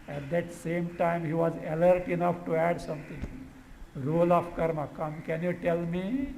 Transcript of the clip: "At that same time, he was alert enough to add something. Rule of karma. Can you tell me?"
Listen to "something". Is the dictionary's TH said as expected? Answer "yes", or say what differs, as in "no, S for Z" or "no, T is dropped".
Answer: no, T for TH